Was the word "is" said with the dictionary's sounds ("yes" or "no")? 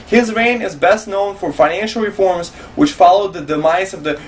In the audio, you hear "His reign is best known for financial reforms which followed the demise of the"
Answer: yes